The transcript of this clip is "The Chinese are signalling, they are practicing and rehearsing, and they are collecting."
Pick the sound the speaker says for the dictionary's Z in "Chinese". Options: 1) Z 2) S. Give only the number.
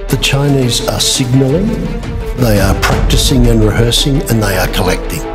1